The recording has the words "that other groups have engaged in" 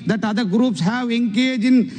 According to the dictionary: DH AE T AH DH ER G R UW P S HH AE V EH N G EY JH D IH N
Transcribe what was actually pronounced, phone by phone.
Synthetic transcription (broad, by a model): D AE T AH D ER G R UW P S HH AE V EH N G EY JH IH N